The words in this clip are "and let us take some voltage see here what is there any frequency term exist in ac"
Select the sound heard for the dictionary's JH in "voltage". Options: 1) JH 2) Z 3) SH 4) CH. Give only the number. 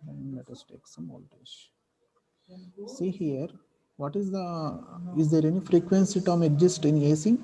3